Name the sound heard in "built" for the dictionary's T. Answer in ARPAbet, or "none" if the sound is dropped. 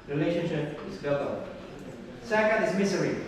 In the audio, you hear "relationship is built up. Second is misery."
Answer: none